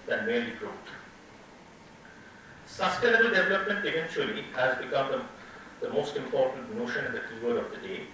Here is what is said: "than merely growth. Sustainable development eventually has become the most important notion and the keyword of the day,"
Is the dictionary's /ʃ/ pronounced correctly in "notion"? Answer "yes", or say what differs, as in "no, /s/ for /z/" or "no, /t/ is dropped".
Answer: yes